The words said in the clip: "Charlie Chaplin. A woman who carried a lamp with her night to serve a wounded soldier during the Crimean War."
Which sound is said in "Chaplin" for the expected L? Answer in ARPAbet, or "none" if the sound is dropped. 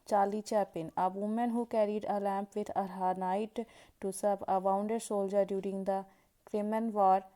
none